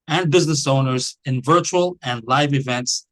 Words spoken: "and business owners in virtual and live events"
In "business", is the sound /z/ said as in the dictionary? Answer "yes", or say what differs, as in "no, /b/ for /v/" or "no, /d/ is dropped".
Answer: yes